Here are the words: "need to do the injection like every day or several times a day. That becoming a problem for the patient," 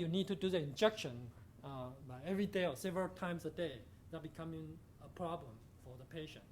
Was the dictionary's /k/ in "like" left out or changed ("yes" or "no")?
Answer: yes